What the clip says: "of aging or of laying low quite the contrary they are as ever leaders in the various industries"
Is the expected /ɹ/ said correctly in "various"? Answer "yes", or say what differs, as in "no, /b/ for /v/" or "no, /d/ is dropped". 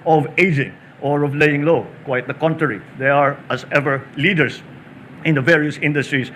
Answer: yes